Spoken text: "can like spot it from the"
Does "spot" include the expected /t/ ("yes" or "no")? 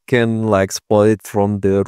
no